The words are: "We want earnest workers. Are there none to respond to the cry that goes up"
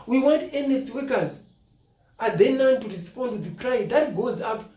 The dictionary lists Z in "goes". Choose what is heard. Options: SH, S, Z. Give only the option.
Z